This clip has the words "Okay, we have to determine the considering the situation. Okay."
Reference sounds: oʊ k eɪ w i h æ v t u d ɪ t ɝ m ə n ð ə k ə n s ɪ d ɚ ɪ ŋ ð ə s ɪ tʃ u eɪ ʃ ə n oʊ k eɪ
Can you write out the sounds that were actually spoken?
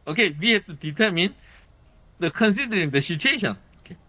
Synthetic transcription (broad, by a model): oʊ k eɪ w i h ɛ p t u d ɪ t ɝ m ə n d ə k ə n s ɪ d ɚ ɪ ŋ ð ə ʃ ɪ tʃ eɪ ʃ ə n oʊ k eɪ